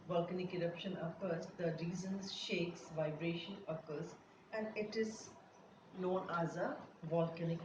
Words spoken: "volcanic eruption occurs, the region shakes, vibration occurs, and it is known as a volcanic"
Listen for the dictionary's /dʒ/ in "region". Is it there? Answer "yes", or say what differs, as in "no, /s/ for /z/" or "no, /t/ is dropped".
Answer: no, /z/ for /dʒ/